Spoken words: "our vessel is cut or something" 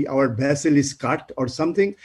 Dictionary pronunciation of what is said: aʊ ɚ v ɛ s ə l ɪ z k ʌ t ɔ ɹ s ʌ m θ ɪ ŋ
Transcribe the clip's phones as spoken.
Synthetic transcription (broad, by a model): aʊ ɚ b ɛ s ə l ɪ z k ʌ t ɔ ɹ s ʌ m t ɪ ŋ